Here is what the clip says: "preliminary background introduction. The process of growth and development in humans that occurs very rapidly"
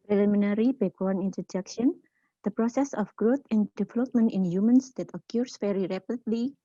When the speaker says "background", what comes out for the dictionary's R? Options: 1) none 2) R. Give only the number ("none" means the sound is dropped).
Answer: 1